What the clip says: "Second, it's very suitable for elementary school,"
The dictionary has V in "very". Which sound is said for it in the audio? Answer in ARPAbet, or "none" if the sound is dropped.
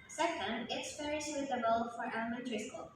P